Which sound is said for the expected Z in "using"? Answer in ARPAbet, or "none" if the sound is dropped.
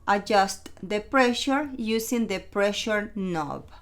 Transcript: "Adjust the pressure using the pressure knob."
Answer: S